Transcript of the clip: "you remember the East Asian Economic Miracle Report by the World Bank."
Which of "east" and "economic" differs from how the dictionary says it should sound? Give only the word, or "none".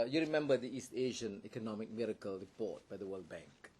none